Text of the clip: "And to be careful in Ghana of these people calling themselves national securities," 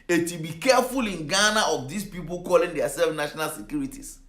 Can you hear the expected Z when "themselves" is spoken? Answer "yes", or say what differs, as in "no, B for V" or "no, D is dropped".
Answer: no, Z is dropped